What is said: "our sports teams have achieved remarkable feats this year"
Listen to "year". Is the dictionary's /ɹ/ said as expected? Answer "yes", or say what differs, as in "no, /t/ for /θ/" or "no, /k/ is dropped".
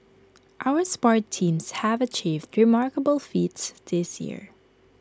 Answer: yes